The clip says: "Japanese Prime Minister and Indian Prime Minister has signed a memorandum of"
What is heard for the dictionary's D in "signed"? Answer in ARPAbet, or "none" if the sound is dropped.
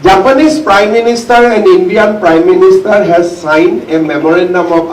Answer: none